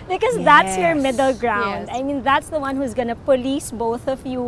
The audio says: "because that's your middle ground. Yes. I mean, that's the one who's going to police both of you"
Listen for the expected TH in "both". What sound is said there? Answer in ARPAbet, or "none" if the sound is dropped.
TH